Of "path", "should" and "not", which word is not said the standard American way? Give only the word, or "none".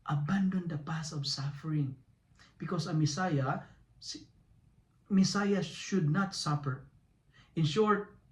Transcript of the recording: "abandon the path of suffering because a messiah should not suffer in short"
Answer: path